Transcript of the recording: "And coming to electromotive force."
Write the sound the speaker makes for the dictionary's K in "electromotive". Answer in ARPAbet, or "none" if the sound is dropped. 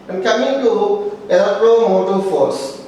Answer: none